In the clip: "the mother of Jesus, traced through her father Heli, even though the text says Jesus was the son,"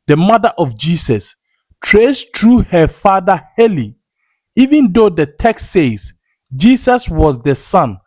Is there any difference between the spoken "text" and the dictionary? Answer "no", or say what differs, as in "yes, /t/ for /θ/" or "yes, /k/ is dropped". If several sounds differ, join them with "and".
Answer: no